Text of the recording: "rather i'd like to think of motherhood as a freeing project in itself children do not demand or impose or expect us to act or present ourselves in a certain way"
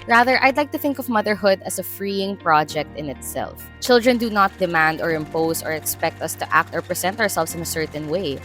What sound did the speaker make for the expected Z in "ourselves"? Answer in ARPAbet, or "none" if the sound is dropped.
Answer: S